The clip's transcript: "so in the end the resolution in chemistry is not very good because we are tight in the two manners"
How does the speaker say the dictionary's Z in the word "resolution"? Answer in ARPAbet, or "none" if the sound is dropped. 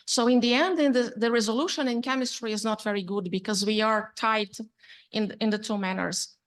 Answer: Z